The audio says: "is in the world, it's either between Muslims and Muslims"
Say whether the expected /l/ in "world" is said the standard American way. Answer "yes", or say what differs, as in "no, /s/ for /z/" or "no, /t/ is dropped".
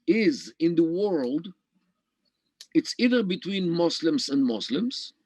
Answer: yes